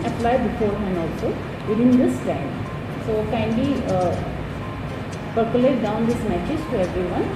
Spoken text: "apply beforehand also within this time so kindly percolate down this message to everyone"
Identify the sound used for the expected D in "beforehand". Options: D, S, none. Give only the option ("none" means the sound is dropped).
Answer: none